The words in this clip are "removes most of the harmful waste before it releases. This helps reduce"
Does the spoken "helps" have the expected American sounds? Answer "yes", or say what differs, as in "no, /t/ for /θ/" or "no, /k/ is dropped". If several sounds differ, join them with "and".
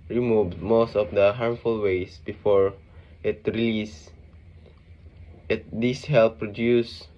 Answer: no, /s/ is dropped